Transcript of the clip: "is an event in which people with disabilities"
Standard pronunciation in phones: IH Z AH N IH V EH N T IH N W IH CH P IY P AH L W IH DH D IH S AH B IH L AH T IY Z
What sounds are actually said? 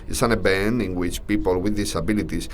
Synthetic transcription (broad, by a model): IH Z AH N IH B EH N IH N W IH CH P IY P AH L W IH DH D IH S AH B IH L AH T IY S